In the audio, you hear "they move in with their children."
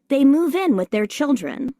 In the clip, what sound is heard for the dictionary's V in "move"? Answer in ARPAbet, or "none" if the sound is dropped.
V